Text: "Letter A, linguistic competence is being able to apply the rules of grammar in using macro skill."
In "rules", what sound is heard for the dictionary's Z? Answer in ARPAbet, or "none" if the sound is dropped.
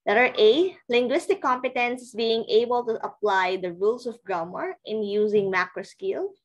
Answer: S